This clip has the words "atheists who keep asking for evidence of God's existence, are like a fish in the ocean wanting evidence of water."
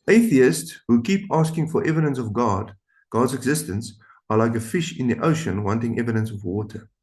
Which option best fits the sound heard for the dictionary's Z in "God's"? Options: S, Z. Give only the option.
Z